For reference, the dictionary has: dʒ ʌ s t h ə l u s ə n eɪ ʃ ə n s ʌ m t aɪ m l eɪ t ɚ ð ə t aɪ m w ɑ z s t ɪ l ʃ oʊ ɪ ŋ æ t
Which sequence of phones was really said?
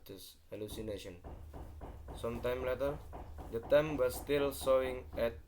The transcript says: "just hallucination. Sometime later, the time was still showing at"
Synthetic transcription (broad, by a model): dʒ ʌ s h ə l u s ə n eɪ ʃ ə n s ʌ m t aɪ m l eɪ t ɚ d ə t aɪ m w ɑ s t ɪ l s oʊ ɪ ŋ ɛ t